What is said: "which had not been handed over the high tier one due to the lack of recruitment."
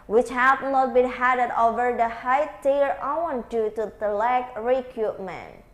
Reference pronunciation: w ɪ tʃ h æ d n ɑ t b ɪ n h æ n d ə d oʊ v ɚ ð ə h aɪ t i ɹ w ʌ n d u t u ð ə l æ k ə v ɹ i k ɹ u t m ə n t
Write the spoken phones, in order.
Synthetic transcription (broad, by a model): w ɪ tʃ h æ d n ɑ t b ɪ n h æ d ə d oʊ v ɚ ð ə h aɪ t i ɹ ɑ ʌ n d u t u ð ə l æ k ɹ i k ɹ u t m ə n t